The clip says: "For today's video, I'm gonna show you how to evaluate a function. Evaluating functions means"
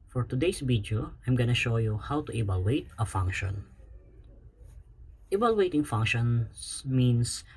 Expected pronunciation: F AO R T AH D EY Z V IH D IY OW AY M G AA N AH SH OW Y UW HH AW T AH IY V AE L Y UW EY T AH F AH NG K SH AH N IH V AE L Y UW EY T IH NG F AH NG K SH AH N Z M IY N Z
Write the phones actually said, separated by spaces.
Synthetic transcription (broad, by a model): F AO R T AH D EY S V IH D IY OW AY M G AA N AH SH OW Y UW HH AW T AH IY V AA L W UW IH T AH F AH NG K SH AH N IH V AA L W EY T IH NG F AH NG K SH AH N S M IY N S